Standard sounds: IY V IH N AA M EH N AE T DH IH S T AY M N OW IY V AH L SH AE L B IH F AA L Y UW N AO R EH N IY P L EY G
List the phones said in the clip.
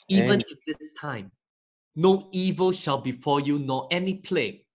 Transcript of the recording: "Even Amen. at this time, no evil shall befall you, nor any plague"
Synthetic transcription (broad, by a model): IY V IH N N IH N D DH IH S T AY M N OW IY V AH L SH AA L B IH F AA Y UW N AO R EH N IY P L EY